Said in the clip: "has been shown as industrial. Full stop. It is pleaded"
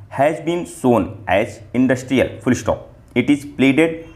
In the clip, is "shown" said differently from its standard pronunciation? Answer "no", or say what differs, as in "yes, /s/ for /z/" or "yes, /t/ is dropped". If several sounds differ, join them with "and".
yes, /s/ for /ʃ/